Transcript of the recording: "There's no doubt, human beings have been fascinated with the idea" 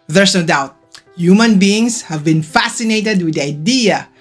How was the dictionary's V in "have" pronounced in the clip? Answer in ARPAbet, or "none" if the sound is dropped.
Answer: V